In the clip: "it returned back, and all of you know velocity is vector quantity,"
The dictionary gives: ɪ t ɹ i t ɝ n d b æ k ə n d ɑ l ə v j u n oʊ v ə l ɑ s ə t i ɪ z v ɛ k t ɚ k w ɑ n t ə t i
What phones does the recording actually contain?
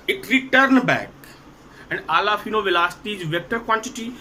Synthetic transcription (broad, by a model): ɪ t ɹ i t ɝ n b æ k ə n d ɑ l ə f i n oʊ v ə l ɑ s t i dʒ v ɛ k t ɚ k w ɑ n t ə t i